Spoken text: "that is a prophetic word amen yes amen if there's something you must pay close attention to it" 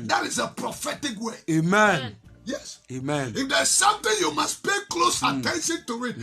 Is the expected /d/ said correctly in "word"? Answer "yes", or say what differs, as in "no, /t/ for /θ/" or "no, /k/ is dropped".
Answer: no, /d/ is dropped